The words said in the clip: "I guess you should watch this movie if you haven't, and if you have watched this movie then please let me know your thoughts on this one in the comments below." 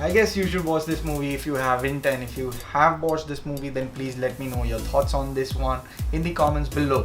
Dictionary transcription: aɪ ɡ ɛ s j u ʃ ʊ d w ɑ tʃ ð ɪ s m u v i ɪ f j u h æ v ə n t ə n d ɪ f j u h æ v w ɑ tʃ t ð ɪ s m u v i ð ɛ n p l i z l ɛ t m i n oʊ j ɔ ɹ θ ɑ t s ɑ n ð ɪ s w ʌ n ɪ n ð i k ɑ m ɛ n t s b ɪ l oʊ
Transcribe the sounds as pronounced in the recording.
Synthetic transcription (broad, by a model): aɪ ɡ ɛ s j u ʃ ʊ d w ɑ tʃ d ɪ s m u v i ɪ f j u h æ v ə n t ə n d ɪ f j u h æ v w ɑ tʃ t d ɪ s m u v i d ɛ n p l i z l ɛ t m i n oʊ j ɔ ɹ t ɑ t s ɑ n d ɪ s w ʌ n ɪ n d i k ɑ m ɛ n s b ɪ l oʊ